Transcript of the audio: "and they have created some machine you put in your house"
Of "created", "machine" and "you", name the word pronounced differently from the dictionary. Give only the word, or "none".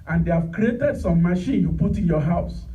none